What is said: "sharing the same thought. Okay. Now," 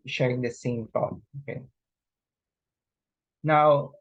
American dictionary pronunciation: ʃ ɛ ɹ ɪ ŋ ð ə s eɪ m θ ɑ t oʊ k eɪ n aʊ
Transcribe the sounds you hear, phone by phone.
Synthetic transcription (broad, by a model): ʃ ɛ ɹ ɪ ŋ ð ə s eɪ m t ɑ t oʊ k eɪ n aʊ